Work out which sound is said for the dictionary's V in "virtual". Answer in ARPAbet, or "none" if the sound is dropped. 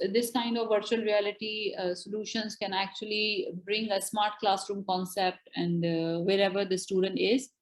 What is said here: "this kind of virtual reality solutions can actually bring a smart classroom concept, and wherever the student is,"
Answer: V